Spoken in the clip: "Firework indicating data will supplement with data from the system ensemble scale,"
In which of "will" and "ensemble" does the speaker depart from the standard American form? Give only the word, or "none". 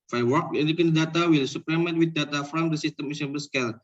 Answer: ensemble